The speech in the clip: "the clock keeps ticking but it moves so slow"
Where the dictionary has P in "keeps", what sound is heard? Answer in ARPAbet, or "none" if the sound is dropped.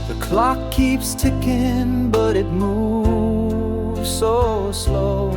P